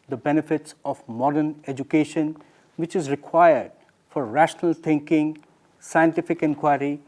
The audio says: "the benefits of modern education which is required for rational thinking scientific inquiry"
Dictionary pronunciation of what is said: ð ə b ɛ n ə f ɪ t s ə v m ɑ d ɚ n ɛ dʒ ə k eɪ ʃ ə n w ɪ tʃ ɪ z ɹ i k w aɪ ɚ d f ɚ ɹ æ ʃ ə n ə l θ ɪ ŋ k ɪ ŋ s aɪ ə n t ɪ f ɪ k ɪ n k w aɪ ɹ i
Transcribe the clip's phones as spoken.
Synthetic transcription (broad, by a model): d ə b ɛ n ə f ɪ t s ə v m ɑ d ɚ n ɛ dʒ ə k eɪ ʃ ə n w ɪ tʃ ɪ z ɹ i k w aɪ ɚ d f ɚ ɹ æ ʃ ə n ə l t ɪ ŋ k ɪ ŋ s aɪ ə n t ɪ f ɪ k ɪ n k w aɪ ɹ i